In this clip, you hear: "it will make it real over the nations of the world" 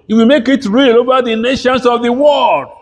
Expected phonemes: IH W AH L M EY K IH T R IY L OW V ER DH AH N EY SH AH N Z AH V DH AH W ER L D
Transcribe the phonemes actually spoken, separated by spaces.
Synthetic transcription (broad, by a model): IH W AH M EY K IH T R IY L OW V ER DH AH N EY SH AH N S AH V DH AH W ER L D